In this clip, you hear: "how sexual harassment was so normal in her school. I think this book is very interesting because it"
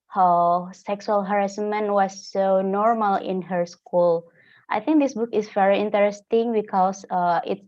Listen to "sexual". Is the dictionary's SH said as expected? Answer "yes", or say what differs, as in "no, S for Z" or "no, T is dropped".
no, S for SH